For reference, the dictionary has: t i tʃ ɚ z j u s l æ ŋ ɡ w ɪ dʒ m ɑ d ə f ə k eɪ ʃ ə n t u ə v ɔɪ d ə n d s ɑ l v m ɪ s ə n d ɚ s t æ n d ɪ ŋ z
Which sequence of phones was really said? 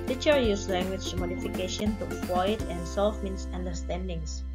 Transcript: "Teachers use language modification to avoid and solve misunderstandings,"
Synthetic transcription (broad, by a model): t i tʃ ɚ j u s l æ ŋ ɡ w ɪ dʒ m ɑ d ə f ə k eɪ ʃ ə n t u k w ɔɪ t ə n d s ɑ l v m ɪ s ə n d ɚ s t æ n d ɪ ŋ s